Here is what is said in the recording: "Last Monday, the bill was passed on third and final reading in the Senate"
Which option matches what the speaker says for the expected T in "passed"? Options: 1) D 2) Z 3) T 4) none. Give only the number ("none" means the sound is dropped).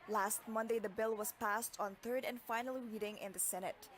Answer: 3